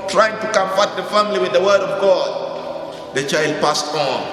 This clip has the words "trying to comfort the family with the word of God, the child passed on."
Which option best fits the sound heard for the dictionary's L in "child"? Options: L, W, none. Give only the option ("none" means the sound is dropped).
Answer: L